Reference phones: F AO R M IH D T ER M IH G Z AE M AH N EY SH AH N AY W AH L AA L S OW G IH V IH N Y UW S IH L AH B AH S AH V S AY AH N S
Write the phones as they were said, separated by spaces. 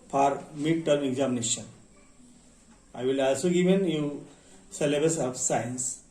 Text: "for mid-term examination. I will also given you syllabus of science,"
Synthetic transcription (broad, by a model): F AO R M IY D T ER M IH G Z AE M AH N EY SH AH N AY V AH L AA L S OW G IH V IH N Y UW S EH L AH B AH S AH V S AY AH N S